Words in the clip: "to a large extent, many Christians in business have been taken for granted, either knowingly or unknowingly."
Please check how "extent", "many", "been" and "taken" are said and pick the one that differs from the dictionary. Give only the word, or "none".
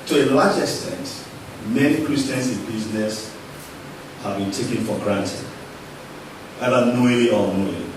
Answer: none